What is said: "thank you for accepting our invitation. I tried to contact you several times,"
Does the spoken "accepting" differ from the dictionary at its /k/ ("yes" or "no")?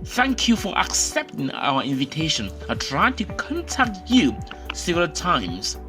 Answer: no